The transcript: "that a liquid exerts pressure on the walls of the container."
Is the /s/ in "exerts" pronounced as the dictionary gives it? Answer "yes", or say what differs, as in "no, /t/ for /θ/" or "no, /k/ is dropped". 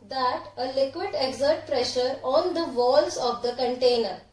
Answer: no, /s/ is dropped